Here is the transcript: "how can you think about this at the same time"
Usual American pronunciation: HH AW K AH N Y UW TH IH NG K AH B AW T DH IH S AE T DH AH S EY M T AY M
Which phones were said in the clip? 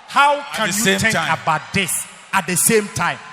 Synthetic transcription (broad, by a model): HH AW K AH N Y UW T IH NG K AH B AW T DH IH S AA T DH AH S EY M T AY M